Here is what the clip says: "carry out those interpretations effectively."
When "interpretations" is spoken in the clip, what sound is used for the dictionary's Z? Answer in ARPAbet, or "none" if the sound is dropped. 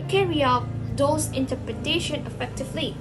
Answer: none